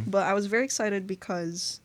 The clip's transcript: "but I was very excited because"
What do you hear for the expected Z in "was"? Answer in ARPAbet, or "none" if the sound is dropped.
Z